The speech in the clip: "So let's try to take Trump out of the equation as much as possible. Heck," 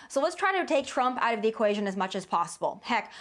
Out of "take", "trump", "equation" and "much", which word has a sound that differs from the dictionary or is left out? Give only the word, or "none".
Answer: none